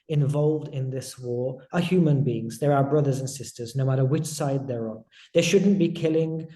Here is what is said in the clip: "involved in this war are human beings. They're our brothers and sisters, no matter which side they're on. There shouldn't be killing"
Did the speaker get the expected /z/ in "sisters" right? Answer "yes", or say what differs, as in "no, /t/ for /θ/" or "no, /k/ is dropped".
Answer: yes